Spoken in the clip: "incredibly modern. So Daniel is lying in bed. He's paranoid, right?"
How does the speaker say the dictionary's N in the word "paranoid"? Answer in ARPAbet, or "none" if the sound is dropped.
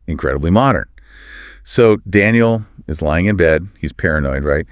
N